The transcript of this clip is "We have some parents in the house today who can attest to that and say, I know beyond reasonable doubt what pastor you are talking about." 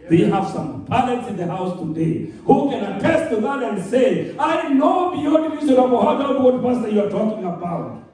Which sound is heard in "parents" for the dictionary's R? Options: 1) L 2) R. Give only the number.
1